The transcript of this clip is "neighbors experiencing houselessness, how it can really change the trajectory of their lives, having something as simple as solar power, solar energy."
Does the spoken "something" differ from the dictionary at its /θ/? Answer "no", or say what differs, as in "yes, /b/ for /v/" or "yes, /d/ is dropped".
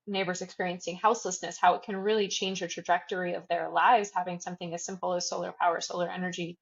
no